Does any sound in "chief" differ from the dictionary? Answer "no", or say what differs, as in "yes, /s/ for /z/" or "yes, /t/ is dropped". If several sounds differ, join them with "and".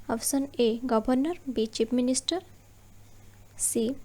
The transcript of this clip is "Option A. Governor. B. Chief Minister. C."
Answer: yes, /p/ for /f/